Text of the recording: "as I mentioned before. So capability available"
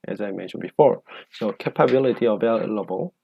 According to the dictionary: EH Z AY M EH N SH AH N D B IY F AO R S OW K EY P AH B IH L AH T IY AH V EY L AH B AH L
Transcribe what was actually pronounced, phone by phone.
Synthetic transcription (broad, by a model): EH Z AY M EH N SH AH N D B IY F AO R S OW K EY P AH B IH L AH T IY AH V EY L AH B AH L